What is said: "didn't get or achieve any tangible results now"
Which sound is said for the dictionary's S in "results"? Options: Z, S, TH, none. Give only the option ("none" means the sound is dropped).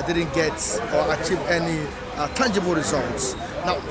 S